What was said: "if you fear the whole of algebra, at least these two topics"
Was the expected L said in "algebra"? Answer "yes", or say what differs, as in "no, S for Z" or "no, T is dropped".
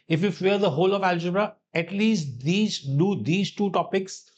yes